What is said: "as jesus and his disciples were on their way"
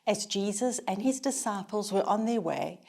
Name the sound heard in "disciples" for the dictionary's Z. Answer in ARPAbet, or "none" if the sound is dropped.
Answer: Z